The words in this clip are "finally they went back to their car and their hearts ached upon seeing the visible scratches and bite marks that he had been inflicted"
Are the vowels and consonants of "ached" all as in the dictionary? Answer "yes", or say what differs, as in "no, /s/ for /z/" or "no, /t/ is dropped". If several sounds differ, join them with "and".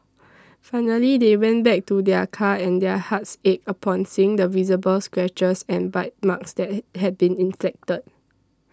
no, /t/ is dropped